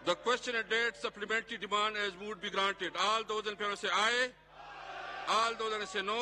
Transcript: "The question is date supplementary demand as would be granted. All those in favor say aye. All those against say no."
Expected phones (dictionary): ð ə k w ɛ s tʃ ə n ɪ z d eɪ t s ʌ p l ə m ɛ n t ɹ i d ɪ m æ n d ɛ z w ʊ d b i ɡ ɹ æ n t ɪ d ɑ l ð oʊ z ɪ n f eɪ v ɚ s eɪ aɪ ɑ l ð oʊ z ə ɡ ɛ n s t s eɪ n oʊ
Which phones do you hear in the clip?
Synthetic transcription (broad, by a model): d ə k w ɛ s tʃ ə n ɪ d eɪ t s ʌ p l ə m ɛ n t ɹ i d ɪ m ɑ n d ɛ z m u d b i ɡ ɹ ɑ n t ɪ d ɑ l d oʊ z ɪ n p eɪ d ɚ s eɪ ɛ ɑ l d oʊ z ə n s s eɪ n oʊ